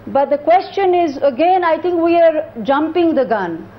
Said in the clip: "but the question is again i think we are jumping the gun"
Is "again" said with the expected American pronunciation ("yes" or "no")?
yes